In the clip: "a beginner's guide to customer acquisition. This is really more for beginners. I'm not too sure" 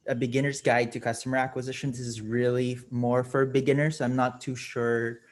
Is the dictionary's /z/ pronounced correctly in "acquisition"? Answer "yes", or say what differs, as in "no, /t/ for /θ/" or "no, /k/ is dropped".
yes